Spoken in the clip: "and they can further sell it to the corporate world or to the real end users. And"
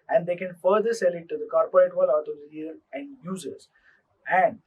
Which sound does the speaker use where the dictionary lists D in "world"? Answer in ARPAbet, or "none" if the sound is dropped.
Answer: none